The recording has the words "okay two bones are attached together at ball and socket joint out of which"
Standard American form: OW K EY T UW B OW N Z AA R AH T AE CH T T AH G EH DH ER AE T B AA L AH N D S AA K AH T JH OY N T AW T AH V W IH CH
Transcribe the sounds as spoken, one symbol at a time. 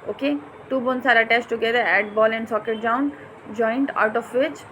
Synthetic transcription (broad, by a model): OW K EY T UW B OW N S AA R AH T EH S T T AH G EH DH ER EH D B AA L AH N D S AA K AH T JH OY N T AW T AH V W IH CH